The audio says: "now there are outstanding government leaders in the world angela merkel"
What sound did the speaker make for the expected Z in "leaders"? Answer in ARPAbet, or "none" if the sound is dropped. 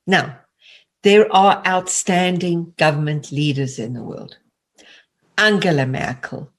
Z